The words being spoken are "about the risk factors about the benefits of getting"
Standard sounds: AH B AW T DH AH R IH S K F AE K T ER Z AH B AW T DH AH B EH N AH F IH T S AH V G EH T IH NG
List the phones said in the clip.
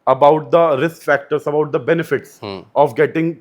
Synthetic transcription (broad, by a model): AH B AW T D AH R IH S K F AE K T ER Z AH B AW T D AH B EH N AH F IH T S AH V G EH T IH NG